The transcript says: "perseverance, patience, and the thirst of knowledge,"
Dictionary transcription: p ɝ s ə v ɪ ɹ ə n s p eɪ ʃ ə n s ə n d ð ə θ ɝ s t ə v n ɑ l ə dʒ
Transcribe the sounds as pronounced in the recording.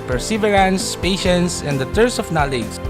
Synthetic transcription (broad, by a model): p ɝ s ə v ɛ ɹ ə n s p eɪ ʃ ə n s ə n d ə t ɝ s ə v n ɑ l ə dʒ